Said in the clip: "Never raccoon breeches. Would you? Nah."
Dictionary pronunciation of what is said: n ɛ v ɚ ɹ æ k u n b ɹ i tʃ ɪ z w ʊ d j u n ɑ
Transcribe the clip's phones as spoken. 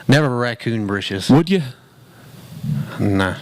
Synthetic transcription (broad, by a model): n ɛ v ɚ ɹ æ k u n b ɹ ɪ ʃ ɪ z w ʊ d j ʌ n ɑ